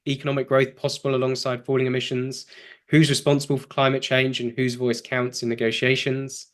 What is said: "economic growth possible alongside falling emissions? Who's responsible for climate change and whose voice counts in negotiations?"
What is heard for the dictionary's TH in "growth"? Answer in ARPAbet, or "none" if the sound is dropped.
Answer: TH